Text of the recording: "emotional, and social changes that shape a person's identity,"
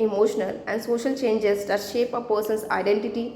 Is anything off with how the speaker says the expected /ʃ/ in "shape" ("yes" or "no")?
no